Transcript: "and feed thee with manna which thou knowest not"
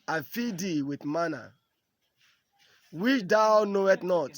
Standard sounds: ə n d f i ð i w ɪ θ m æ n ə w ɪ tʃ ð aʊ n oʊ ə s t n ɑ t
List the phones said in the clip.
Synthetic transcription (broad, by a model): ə f i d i w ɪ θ m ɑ n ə w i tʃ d aʊ n oʊ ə t n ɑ t